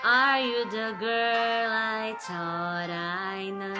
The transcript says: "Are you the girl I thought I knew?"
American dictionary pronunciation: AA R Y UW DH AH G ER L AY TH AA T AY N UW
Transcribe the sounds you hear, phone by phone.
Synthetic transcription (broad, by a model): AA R Y UW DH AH G ER L AY T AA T AY N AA